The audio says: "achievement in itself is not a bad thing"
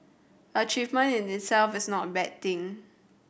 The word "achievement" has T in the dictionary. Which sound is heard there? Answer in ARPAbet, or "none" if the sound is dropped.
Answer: none